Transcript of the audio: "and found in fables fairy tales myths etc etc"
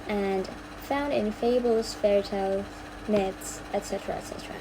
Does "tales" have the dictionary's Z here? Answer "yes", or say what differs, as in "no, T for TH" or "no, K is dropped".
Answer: no, Z is dropped